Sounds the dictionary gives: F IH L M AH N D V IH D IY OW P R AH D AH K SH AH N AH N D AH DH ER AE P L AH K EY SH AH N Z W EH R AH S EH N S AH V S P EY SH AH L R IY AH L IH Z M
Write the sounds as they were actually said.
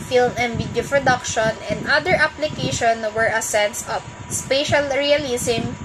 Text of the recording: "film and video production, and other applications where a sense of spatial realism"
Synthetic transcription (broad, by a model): F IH L M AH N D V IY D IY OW P R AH D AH K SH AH N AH N D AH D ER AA P L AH K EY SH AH N W EH R AH S EH N S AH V S P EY SH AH L R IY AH L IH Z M